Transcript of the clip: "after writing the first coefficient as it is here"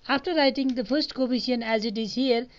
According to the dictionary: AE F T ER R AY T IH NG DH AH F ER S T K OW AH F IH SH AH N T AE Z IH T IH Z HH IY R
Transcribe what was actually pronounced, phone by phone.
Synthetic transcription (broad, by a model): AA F T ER R AY T IH NG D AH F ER S T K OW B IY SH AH N AE Z IH T IH Z HH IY R